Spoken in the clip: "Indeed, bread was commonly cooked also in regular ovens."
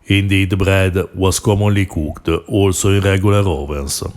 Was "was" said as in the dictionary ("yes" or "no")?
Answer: no